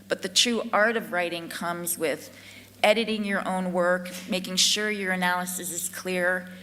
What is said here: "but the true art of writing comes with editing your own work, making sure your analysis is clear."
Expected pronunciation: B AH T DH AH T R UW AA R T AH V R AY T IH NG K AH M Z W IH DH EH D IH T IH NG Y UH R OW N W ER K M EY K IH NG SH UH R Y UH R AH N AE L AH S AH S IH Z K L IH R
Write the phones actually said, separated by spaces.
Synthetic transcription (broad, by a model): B AH T DH AH T R UW AA R T AH V R AY T IH NG K AH M Z W IH DH EH D IH T IH NG Y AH R OW N W ER K M EY K IH NG SH UH R Y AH R AH N AE L AH S AH S IH Z K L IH R